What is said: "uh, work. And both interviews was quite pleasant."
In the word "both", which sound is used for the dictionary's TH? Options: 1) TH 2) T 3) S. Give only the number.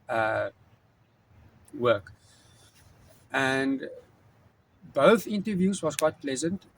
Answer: 1